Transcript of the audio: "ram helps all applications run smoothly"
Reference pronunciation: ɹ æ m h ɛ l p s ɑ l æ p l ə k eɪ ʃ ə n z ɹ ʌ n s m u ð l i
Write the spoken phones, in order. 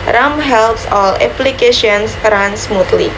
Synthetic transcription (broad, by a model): ɹ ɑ m h ɛ l p s ɑ l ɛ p l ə k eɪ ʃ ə n s ɹ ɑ n s m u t l i